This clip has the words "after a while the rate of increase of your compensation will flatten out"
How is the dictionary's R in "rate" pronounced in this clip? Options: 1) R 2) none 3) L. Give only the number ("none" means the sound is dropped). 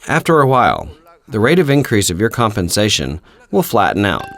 1